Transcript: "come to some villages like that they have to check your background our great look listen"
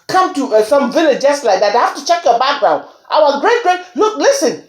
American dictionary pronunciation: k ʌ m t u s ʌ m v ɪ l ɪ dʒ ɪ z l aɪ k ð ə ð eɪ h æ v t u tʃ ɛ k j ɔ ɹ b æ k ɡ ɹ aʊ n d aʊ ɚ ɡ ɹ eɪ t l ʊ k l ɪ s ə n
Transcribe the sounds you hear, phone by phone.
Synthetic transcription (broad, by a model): k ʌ m t u s ʌ m v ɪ l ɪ dʒ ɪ s l aɪ k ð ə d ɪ h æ f t u tʃ ɛ k j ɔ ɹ b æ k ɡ ɹ aʊ n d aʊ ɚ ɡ ɹ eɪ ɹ l ʊ k l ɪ s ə n